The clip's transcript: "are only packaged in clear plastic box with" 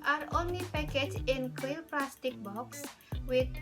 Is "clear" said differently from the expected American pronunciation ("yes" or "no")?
yes